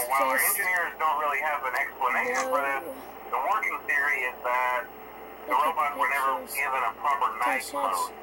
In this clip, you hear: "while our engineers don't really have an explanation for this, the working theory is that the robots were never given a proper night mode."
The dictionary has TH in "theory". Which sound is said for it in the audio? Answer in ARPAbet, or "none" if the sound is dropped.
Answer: TH